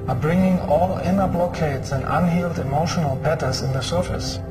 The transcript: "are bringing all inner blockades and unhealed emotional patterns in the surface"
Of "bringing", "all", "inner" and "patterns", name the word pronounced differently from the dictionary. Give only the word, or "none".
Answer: patterns